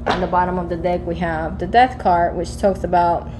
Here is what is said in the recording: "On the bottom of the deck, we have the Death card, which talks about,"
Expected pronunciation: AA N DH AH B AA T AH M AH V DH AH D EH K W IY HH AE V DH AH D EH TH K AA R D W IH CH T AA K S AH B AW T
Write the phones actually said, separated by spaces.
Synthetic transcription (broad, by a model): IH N DH AH B AA T AH M AH V DH AH D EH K W IY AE V DH AH D EH TH K AA R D W IH CH T AA K S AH B AW T